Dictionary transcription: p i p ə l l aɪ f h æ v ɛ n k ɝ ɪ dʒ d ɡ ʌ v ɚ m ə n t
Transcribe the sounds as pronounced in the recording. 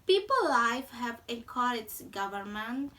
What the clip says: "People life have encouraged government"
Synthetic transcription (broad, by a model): p i p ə l l aɪ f h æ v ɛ k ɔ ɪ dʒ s ɡ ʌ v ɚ m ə n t